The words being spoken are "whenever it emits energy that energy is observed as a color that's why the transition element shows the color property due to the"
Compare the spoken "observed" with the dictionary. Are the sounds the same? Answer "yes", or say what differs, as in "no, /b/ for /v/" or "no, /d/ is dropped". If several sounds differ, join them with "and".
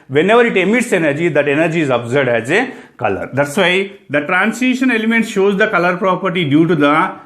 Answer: no, /v/ is dropped